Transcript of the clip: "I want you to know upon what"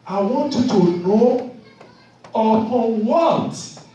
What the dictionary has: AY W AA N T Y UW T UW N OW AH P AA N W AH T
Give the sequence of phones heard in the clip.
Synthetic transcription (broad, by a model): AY W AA N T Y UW T UW N OW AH AA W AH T